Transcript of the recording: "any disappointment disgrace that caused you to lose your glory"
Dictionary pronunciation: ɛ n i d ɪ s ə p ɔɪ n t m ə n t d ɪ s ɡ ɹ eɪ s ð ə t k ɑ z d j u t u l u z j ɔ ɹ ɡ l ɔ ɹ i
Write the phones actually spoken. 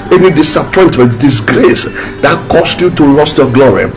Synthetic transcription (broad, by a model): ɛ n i d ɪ s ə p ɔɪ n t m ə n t d ɪ s ɡ ɹ eɪ s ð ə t k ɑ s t j u t u l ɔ s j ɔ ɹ ɡ l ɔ ɹ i